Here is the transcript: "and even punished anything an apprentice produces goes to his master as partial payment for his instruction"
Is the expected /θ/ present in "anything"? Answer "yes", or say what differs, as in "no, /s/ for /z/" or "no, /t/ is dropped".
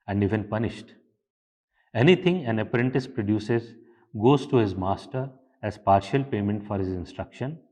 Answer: no, /t/ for /θ/